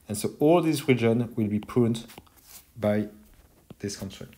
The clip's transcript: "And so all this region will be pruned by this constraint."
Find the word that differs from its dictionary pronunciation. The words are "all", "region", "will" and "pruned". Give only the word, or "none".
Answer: pruned